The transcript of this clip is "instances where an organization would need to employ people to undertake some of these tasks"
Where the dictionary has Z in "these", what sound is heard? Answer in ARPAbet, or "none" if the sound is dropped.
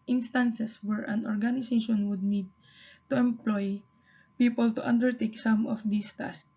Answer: S